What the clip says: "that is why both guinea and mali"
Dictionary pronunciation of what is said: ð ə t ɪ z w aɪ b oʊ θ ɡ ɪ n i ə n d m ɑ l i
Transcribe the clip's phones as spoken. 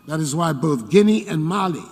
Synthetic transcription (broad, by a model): ð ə t ɪ z w aɪ b oʊ θ ɡ ɪ n i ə n m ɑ l i